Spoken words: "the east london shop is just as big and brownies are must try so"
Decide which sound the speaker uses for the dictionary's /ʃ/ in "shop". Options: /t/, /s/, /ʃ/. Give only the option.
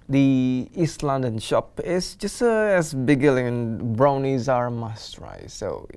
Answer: /ʃ/